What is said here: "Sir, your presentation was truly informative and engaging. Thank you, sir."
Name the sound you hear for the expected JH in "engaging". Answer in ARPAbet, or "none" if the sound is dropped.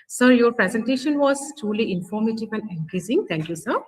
Z